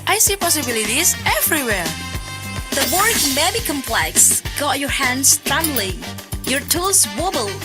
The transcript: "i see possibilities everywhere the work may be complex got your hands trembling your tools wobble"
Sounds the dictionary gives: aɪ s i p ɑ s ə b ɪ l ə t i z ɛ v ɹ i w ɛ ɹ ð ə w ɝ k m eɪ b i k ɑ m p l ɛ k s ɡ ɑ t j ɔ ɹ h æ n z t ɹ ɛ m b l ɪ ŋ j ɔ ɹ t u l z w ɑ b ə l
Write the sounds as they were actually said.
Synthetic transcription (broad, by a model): aɪ s i p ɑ s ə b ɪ l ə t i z ɛ v ɹ i w ɛ ɹ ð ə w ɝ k m eɪ b i k ɑ m p l ɛ k s ɡ ɑ t j ɔ ɹ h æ n s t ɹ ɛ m l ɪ j ɔ ɹ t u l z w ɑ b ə l